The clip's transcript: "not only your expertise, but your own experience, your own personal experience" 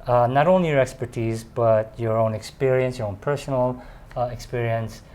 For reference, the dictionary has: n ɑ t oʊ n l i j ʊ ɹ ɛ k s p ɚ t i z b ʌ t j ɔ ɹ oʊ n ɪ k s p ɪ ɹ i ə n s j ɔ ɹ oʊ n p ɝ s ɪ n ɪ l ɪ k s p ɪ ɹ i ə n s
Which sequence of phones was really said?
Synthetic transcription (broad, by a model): n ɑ t oʊ n l i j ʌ ɹ ɛ k s p ɚ t i z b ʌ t j ɔ ɹ oʊ n ɪ k s p ɪ ɹ i ə n s j ɔ ɹ oʊ n p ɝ s n l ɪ k s p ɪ ɹ i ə n s